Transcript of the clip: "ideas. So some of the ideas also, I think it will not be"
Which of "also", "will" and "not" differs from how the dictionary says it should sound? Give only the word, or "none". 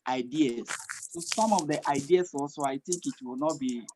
also